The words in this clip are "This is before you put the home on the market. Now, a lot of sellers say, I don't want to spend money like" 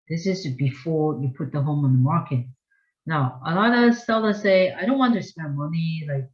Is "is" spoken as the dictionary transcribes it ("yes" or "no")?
yes